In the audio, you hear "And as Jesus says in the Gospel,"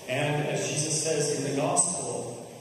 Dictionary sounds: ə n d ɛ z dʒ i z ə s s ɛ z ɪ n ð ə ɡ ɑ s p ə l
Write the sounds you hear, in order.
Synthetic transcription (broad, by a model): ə n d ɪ z dʒ i z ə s s ɛ z ɪ n ð ə ɡ ɑ s p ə l